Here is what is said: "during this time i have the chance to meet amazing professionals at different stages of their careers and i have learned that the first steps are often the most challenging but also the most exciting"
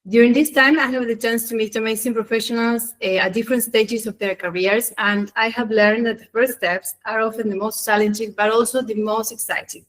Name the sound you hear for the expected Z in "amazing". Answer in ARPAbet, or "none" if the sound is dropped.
S